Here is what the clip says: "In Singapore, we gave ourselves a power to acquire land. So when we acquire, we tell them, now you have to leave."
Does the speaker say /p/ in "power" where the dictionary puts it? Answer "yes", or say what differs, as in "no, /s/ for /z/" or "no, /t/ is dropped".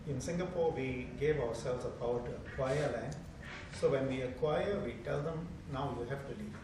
no, /b/ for /p/